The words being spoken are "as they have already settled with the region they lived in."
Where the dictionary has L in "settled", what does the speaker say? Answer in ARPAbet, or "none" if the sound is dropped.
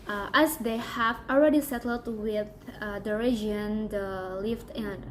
L